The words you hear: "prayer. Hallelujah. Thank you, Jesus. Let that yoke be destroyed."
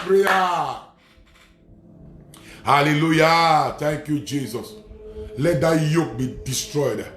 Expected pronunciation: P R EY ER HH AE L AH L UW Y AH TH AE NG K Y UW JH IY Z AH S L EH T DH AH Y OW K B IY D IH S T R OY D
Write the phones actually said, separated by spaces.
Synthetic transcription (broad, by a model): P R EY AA HH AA L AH L UW Y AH T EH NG K Y UW JH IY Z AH S L EH T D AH Y OW K B IY D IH S T R OY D